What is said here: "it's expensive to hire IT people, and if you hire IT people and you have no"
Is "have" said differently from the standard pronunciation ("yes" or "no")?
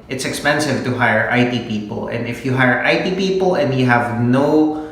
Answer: no